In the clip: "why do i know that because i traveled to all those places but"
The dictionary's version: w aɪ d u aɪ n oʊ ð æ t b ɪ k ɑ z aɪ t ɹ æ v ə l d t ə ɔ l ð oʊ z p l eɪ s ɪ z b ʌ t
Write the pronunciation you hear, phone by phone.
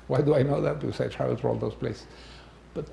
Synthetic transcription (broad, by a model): w aɪ d u aɪ n oʊ ð æ t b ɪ k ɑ s aɪ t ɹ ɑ ə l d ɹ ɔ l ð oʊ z p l eɪ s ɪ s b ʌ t